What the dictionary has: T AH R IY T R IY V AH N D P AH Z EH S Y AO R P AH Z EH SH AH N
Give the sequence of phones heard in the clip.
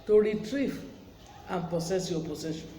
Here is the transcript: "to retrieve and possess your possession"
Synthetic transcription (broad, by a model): T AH R IY T R IY V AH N P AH S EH S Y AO P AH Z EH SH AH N